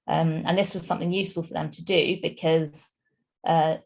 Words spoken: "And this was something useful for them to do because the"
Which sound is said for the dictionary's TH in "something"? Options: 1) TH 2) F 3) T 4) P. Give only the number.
1